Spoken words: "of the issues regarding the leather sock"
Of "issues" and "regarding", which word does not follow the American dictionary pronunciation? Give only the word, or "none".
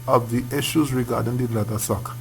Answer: none